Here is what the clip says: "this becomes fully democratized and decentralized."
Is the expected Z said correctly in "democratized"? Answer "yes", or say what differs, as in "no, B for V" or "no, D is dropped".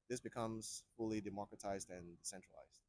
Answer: yes